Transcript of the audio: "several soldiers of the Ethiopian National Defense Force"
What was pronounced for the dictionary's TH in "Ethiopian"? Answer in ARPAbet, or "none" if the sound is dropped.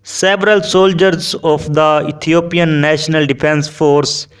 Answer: T